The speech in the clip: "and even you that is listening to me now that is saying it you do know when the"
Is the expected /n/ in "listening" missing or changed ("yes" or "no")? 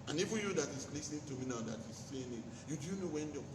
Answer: yes